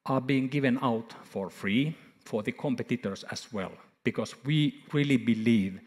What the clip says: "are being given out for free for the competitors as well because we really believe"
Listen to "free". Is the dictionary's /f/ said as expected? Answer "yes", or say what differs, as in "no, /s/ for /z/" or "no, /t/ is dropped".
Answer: yes